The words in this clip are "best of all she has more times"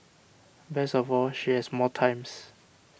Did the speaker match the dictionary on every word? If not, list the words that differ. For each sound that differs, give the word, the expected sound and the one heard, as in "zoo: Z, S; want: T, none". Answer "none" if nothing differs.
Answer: best: T, none; has: Z, S; times: Z, S